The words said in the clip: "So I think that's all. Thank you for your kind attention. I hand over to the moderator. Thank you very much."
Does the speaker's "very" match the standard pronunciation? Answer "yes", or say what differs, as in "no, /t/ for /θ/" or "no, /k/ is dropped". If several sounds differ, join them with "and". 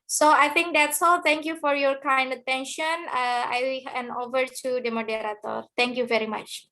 yes